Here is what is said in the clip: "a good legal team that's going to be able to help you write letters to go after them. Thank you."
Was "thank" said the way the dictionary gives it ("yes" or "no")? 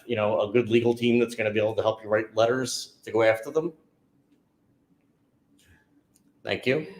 yes